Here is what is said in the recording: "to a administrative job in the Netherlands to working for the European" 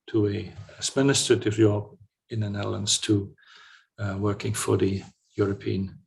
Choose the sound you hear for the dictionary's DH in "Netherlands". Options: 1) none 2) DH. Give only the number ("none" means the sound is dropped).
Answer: 1